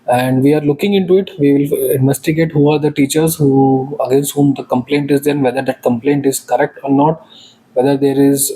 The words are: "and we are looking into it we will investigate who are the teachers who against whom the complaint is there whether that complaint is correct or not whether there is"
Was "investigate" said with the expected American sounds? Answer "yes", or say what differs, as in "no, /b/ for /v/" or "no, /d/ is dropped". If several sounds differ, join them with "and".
yes